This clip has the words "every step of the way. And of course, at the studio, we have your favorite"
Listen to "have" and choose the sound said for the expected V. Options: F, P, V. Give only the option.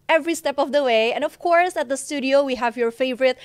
V